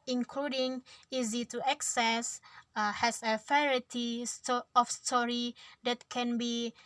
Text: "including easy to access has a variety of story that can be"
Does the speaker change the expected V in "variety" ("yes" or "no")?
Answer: yes